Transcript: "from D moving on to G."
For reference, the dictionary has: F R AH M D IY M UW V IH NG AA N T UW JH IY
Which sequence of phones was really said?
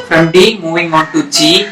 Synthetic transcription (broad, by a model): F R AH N D IY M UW W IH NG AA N T UW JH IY